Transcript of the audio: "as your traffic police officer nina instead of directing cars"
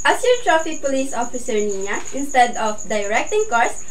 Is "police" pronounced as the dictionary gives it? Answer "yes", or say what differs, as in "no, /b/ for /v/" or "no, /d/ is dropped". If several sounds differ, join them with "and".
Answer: yes